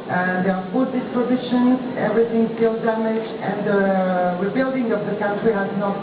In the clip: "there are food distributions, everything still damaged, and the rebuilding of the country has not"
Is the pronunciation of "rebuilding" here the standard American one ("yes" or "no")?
yes